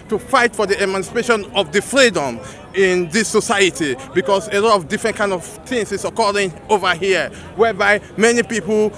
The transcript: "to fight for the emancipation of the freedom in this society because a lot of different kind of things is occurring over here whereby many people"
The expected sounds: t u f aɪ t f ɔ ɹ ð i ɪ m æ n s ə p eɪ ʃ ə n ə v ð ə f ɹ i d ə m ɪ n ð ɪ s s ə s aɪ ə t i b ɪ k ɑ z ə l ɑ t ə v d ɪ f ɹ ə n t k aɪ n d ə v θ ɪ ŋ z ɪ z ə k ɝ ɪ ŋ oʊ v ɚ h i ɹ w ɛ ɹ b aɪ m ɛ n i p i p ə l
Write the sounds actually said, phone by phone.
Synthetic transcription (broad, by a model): t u f aɪ t f ɔ ɹ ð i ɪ m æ n s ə p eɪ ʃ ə n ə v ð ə f ɹ i d ə m ɪ n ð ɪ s s ə s aɪ ə t i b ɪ k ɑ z ə l ɑ t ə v d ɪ f ɹ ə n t k aɪ n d ə v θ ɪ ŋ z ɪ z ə k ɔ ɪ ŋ oʊ v ɚ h i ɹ w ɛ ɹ b aɪ m ɛ n i p i p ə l